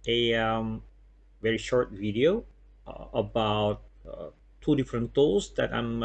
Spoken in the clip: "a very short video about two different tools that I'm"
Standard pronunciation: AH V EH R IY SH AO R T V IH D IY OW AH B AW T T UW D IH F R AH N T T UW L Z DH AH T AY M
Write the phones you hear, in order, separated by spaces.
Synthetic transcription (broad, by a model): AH V EH R IY SH AO R T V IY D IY OW AH B AW T T UW D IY F R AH N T T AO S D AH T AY M